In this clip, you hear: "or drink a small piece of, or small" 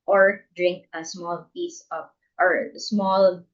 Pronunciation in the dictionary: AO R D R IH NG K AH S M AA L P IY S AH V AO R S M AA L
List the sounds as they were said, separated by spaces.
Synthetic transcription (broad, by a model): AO R D R IH NG K AH S M AA L P IY S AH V AO R S M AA L